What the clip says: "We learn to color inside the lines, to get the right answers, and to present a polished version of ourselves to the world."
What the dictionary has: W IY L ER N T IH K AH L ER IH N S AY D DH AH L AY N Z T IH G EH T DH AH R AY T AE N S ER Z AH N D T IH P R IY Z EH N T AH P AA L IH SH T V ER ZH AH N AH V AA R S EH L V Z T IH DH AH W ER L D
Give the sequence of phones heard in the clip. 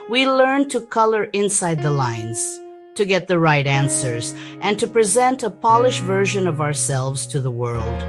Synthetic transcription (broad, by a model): W IY L ER N T IH K AH L ER IH N S AY D DH AH L AY N Z T IH G EH T DH AH R AY T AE N S ER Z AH N T IH P R IY Z EH N T AH P AA L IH SH V ER ZH AH N AH V AA R S EH L V Z T IH DH AH W ER L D